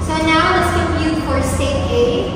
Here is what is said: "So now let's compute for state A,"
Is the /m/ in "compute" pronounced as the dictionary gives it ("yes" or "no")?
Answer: no